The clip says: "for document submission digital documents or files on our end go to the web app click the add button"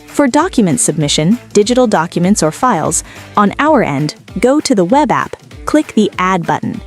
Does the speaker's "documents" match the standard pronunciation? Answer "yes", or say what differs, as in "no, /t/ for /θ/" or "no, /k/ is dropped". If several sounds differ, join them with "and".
yes